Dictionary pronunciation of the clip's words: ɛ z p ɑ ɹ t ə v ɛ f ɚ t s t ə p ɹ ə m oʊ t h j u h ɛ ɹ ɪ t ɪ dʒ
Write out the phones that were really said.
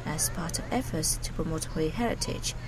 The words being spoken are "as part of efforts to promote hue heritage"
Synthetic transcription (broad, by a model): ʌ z p ɑ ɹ t ə v ɛ f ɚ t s t ə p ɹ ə m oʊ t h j h ɛ ɹ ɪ t ɪ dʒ